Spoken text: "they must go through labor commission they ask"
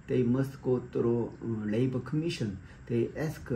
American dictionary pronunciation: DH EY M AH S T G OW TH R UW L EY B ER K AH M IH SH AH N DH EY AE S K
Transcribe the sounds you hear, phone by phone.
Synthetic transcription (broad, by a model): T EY M AH S T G OW T R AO L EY B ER K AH M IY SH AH N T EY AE S K